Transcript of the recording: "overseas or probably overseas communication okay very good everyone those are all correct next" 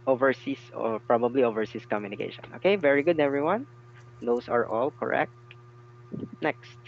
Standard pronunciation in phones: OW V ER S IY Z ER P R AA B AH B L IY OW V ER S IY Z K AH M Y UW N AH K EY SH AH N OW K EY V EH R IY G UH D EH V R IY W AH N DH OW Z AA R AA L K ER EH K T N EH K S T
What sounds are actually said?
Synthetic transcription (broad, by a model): OW V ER S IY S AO P R AA B AH B L IY OW V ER S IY S K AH M Y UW N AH K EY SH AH N OW K EY V EH R IY G UH D EH V R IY W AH N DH OW S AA R AA L K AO EH K T N EH K S T